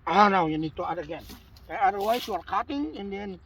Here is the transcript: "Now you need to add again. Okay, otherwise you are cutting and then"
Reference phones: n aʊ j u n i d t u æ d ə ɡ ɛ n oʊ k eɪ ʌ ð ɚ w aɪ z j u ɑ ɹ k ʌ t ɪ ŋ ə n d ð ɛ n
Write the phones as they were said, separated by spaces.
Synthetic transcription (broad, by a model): n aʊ j u n i d t u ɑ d ə ɡ ɛ n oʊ ɑ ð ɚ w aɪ s j u ɑ ɹ k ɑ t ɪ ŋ ə n d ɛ n